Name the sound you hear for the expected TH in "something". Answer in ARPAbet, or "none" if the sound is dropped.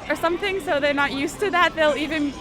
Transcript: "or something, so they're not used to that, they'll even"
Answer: TH